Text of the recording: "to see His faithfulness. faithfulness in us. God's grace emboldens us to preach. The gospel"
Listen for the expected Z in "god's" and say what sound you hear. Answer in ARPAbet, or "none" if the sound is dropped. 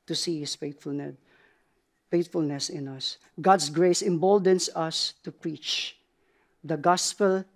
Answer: S